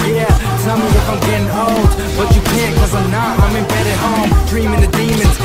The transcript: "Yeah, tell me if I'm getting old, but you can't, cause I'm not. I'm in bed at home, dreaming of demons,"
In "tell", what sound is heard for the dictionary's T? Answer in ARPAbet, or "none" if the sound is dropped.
S